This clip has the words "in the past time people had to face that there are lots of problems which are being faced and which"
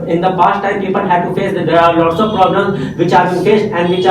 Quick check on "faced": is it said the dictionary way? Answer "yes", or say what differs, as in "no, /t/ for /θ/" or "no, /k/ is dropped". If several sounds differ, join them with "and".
no, /t/ is dropped